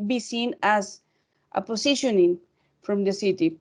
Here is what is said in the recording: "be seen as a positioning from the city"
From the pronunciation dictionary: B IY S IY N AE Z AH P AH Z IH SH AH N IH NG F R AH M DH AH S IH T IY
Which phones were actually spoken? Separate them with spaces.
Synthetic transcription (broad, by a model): B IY S IY N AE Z AH P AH S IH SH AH N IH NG F R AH M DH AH S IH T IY